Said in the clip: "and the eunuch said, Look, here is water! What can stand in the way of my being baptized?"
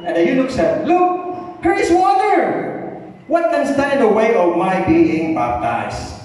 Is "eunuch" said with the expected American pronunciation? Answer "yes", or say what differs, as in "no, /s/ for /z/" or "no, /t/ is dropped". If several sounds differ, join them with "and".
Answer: no, /l/ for /n/